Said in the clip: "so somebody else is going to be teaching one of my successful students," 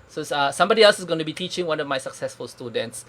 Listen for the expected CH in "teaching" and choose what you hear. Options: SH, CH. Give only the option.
CH